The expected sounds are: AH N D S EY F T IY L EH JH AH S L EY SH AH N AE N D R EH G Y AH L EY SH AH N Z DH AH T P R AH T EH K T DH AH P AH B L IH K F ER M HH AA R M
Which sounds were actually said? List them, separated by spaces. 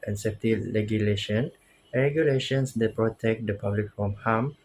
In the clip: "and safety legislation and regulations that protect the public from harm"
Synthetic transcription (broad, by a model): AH N S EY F T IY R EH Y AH L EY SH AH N N R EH G Y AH L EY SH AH N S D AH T P R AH T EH K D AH P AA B L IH K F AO M HH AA M